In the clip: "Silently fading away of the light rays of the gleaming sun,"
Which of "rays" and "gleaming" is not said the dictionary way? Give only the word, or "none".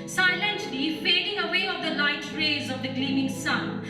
none